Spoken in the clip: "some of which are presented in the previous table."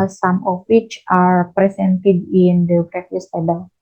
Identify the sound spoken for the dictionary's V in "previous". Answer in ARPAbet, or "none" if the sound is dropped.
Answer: F